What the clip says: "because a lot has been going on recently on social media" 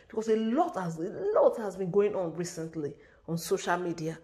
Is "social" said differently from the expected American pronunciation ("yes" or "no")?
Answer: no